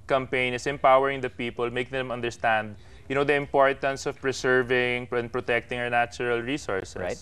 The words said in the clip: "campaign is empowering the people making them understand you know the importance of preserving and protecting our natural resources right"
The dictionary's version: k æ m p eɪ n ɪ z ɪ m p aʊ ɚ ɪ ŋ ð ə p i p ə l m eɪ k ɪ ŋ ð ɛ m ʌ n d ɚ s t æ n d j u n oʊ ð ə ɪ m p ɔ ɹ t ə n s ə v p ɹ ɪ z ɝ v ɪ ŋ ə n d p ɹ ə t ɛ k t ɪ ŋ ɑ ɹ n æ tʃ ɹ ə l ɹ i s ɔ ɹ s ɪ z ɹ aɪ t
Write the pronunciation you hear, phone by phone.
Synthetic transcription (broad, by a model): k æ m p eɪ n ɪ s ɪ m p aʊ ɚ ɪ ŋ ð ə p i p ə l m eɪ k ɪ ŋ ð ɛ m ʌ n d ɚ s t æ n d j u n oʊ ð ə ɪ m p ɔ ɹ t ə n s ə v p ɹ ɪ s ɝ v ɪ ŋ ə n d p ɹ ə t ɛ k t ɪ ŋ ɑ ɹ n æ tʃ ɹ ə l ɹ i s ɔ ɹ s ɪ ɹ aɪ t